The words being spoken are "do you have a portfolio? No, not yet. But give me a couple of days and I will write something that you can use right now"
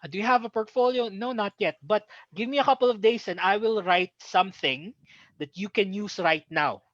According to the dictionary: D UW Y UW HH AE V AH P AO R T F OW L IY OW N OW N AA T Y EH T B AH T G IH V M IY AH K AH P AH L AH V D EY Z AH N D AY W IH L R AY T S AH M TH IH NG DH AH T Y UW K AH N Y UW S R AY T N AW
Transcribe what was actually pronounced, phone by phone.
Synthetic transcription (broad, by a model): D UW Y UW HH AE V AH P AO R T F OW L IY OW N OW N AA T Y EH T B AH T G IH V M IY AH K AH P AH L AH V D EY S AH N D AY W IH L R AY T S AH M TH IH NG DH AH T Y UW K AH N Y UW S R AY T N AW